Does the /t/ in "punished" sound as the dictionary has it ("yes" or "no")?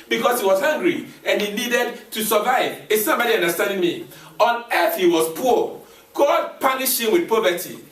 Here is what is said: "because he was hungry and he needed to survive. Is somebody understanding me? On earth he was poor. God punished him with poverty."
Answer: no